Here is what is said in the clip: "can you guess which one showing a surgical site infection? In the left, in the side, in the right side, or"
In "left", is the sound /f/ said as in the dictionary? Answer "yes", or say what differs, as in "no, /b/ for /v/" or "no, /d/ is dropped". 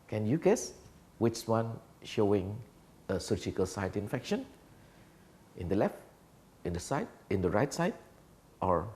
yes